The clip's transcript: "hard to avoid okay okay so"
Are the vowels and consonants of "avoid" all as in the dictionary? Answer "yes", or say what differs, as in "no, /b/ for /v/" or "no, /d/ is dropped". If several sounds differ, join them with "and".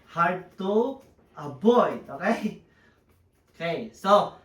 no, /b/ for /v/